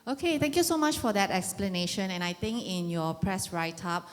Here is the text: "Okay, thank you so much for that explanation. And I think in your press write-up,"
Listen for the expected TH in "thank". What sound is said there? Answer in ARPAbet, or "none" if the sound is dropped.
T